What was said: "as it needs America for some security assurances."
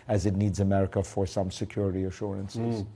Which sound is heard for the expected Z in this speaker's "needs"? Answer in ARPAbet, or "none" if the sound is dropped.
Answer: Z